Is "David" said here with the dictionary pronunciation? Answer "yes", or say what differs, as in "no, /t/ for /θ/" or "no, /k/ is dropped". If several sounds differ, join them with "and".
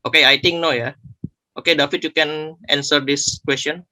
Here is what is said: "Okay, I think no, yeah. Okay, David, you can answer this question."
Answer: no, /f/ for /v/